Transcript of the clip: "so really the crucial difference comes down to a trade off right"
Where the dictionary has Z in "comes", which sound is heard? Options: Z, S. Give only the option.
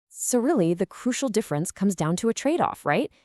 Z